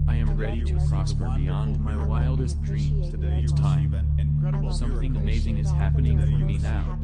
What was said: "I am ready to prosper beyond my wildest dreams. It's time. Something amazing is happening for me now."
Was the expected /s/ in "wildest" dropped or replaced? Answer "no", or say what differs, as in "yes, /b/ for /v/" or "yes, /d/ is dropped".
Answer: no